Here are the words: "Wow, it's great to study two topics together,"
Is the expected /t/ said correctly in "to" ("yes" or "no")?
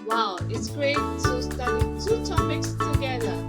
no